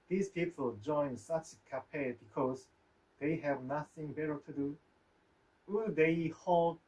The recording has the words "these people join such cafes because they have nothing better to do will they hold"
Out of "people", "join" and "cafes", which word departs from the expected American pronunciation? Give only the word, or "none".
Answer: cafes